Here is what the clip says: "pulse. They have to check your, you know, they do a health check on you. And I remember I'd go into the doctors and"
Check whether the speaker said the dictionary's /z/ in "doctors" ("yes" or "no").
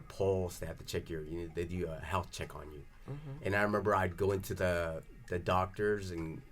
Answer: yes